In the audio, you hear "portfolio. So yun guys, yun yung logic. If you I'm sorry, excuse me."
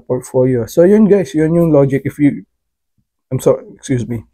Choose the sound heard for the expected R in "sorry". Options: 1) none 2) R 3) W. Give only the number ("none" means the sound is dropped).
1